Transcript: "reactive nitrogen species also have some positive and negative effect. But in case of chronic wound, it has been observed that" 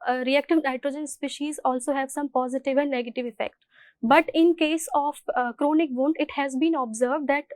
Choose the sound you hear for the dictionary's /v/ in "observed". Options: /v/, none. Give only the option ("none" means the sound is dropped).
/v/